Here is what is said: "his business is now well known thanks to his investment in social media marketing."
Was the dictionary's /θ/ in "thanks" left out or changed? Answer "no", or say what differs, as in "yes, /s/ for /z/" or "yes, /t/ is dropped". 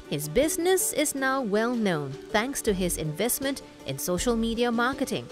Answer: no